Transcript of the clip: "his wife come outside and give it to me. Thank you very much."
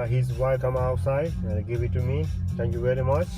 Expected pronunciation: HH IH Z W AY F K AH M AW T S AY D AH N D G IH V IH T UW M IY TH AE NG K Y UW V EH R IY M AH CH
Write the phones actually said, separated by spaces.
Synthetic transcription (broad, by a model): HH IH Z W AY K AH M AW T S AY AH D G IH V IH T UW M IY T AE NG K Y UW V EH R IY M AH CH